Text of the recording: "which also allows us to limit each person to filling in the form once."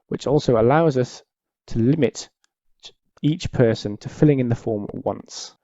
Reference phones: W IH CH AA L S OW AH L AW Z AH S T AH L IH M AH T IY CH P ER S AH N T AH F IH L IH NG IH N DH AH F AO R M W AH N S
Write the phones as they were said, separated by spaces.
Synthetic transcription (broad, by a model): W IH CH AA L S OW AH L AW Z AH S T AH L IH M AH T IY CH P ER S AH N T AH F IH L IH NG IH N DH AH F AO M W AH N S